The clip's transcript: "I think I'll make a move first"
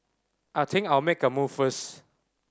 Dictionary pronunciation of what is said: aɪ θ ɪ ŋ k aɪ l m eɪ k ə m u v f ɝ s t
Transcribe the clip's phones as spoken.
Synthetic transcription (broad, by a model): aɪ t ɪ ŋ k aɪ l m eɪ k ə m u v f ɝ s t